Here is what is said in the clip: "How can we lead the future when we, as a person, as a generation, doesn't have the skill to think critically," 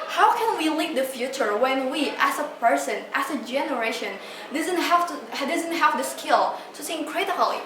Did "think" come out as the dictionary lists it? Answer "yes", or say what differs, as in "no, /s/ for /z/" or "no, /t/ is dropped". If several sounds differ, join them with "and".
no, /s/ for /θ/